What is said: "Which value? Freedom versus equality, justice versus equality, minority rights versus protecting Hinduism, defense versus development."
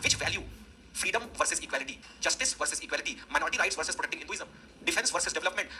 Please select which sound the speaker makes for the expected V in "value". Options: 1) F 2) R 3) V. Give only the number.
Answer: 3